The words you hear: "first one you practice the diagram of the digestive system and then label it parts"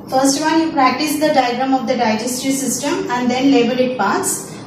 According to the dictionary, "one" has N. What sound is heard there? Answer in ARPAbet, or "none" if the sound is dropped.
L